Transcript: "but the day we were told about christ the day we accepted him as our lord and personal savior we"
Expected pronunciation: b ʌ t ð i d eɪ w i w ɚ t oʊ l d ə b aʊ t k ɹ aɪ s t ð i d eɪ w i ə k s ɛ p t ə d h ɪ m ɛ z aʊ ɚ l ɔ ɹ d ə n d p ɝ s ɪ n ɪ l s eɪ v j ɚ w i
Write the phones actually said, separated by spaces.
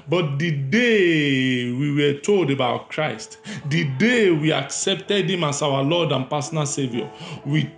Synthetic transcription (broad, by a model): b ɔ t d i d eɪ w i w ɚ t oʊ l d ə b aʊ t k ɹ aɪ s t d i d eɪ w i ə k s ɛ p t ə d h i m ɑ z aʊ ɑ l ɔ d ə n p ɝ s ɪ n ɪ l s eɪ v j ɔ w i